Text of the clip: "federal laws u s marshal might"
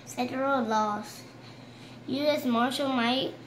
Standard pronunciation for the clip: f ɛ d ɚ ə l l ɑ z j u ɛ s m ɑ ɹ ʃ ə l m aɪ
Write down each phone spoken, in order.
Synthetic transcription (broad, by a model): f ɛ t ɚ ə l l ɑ s j u ɛ s m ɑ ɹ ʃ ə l m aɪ